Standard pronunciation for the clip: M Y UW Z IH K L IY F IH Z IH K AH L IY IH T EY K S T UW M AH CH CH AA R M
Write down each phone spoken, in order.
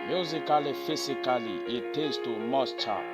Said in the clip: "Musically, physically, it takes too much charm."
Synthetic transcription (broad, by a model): M Y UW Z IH K L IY F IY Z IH K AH L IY IH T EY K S T UW M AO S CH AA